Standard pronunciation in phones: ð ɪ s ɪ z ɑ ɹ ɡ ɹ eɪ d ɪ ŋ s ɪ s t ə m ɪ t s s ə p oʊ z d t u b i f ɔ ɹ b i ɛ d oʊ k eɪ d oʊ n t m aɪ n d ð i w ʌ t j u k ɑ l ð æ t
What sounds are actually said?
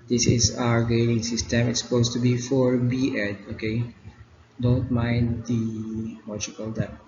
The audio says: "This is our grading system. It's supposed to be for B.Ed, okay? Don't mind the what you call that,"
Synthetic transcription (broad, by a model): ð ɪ s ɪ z ɑ ɹ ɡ eɪ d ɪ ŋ s ɪ s t ə m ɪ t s s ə p oʊ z t u b i f ɔ ɹ b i ɛ d oʊ k eɪ d oʊ n t m aɪ n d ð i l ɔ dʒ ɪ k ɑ l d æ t